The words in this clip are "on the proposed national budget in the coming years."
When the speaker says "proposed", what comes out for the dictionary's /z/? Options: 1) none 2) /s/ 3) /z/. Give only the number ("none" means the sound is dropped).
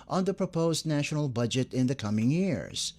3